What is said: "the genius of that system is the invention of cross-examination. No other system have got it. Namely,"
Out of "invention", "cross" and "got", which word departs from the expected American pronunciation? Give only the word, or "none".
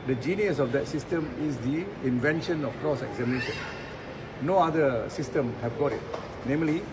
none